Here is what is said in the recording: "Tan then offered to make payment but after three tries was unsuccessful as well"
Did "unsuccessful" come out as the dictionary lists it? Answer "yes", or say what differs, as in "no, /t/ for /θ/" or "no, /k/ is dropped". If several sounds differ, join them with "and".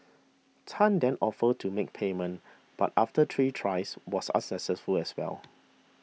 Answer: no, /n/ is dropped